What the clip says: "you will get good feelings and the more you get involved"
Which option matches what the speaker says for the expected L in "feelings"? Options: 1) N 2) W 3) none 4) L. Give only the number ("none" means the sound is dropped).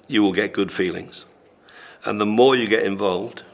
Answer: 4